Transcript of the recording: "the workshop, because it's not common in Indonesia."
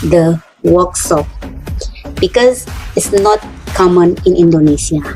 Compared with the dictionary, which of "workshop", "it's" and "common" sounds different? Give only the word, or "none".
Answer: workshop